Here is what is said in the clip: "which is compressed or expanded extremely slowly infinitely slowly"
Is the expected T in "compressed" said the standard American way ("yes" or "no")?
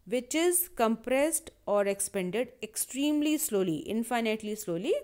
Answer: yes